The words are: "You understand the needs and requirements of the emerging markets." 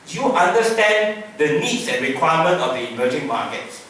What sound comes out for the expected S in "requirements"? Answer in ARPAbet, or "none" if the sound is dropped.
none